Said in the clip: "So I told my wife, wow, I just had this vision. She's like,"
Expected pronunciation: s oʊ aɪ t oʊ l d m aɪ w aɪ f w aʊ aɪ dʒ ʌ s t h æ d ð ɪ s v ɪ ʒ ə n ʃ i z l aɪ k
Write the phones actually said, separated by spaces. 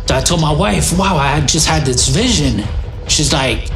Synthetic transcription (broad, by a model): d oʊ aɪ t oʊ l m aɪ w aɪ f w aʊ aɪ dʒ ʌ s t h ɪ d ð ɪ s v ɪ ʒ ə n ʃ i z l aɪ k